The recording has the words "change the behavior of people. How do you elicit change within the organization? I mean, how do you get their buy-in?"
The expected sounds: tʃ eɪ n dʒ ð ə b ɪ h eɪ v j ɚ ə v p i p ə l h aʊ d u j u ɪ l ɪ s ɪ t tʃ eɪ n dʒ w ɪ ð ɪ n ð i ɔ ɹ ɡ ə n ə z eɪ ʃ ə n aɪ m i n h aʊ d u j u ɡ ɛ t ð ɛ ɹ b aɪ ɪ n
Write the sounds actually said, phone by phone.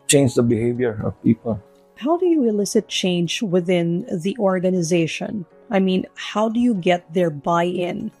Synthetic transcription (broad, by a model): tʃ eɪ n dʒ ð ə b ɪ h eɪ v j ɚ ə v p i p ə l h aʊ d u j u ɪ l ɪ s ɪ t tʃ eɪ n dʒ w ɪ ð ɪ n ð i ɔ ɹ ɡ ə n ə z eɪ ʃ ə n aɪ m i n h aʊ d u j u ɡ ɛ t ð ɛ ɹ b aɪ ɪ n